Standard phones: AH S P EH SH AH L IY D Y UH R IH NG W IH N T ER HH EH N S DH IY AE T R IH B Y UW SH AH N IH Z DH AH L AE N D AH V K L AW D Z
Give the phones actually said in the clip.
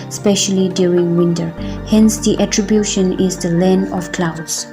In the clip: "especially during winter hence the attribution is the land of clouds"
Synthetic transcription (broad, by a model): S P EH SH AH L IY D Y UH R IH NG W IH N T ER HH EH N S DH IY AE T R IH B Y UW SH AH N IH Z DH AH L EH N AH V K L AW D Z